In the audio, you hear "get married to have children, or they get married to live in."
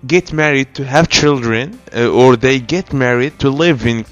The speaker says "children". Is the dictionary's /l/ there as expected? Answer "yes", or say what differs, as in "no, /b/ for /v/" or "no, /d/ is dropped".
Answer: yes